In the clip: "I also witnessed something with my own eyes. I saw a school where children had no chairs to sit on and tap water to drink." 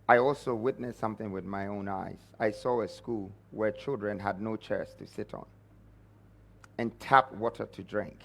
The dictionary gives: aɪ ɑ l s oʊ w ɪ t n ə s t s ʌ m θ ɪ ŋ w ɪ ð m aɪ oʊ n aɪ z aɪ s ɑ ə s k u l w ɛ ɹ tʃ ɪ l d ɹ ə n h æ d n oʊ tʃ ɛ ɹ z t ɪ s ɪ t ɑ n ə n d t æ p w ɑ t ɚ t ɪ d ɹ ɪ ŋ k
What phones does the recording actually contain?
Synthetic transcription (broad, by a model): aɪ ɑ l s oʊ w ɪ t n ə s s ʌ m θ ɪ ŋ w ɪ ð m aɪ oʊ n aɪ z aɪ s ɑ ə s k u l w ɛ ɹ tʃ ɪ l d ɹ ə n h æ d n oʊ tʃ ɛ ɹ s t ɪ s ɪ t n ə n t æ p w ɑ t ɚ t ɪ d ɹ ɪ ŋ k